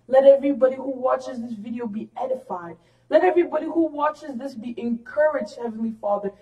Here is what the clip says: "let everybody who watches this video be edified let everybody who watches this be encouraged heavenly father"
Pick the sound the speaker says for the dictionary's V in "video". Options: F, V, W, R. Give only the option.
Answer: V